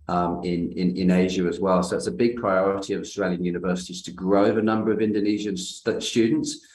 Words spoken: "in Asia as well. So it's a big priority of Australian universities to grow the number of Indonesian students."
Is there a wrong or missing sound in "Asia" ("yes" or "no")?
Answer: no